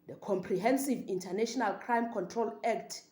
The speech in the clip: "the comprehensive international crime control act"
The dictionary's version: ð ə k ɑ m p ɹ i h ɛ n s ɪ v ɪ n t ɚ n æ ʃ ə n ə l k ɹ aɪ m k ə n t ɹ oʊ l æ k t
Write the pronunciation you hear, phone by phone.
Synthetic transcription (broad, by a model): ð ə k ɑ m p ɹ i h ɛ n s ɪ v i n t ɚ n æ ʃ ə n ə l k ɹ aɪ m k ə n t ɹ oʊ l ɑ k t